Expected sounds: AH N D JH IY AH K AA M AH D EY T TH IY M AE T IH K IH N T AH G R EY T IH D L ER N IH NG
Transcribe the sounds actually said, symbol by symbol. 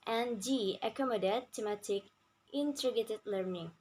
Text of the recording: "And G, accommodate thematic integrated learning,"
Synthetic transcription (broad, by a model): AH N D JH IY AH K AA M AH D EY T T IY M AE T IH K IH N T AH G EY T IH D L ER N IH NG